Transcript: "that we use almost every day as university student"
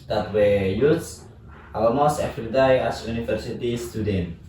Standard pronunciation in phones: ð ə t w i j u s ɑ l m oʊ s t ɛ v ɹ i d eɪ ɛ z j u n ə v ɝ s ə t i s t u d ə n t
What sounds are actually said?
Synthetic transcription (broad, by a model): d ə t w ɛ j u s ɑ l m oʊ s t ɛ f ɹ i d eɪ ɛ s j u n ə f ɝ s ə t i s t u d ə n